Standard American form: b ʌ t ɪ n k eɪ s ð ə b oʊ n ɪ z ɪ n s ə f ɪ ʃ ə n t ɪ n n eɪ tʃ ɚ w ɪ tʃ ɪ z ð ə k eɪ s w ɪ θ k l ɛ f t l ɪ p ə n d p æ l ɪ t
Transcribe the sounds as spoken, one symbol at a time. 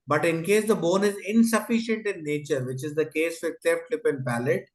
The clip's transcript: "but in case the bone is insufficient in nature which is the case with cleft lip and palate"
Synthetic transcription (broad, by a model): b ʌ t ɪ n k eɪ s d ə b oʊ n ɪ z ɪ n s ə f ɪ ʃ ə n t ɪ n n eɪ tʃ ɚ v ɪ tʃ ɪ z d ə k eɪ s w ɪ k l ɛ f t l ɪ p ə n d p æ l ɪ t